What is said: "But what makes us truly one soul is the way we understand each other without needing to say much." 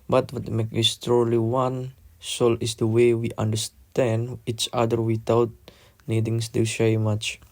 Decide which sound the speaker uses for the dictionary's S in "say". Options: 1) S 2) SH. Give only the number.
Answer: 2